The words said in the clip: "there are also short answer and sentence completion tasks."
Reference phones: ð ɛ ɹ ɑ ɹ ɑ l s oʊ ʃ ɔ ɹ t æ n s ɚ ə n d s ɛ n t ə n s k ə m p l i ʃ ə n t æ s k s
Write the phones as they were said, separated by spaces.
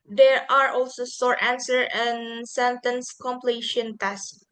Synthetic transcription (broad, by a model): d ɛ ɹ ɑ ɹ ɑ l s oʊ s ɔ ɹ t æ n s ɚ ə n s ɛ n t ə n s k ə m p l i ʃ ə n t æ s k